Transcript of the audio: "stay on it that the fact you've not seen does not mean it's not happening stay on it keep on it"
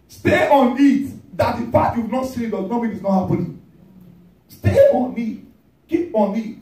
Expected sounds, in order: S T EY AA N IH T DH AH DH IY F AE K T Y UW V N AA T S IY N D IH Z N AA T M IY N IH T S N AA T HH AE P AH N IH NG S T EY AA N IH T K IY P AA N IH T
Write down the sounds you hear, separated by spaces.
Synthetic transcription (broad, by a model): S T EY AA N IH T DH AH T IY P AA T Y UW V N AA T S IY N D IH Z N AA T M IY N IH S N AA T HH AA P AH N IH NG S T EY AA N IH T K IY P AA N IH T